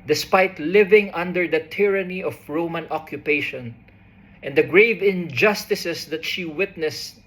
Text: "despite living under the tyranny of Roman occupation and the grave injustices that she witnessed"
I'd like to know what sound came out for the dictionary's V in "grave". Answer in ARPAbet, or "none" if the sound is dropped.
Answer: V